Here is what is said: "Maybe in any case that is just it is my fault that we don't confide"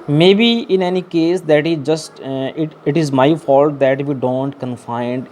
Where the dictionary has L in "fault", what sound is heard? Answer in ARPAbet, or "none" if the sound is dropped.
L